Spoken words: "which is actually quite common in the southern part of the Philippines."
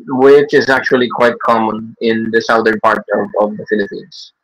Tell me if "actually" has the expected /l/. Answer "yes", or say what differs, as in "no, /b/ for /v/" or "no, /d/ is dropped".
yes